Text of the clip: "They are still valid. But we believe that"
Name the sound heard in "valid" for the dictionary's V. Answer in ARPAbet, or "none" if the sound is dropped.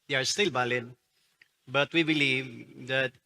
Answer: B